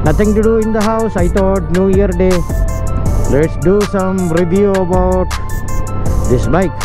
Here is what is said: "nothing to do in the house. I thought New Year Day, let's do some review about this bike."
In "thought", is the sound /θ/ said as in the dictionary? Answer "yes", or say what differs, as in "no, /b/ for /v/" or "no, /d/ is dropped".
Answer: no, /t/ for /θ/